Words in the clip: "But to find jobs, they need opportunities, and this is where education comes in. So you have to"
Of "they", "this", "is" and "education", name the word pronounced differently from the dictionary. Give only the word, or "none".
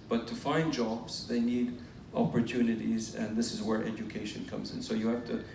none